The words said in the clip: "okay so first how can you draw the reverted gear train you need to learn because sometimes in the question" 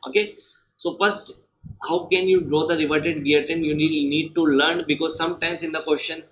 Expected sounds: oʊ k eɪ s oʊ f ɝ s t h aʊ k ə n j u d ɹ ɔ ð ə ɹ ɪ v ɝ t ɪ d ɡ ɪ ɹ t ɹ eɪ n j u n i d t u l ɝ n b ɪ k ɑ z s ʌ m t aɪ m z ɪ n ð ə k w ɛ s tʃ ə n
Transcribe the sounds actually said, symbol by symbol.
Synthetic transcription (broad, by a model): oʊ k eɪ s oʊ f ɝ s t h aʊ k ə n j u d ɹ ɔ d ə ɹ ɪ v ɝ t ɪ d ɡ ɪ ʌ t eɪ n j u n i d t u l ɝ n b ɪ k ɑ z s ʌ m t aɪ m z ɪ n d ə k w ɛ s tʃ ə n